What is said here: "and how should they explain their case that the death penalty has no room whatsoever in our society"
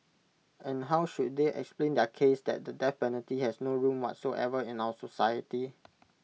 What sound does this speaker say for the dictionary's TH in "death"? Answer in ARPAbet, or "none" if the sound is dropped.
F